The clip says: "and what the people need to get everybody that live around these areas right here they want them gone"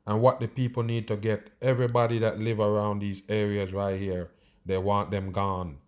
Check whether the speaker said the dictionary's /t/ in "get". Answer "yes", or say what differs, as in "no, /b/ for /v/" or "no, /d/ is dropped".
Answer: yes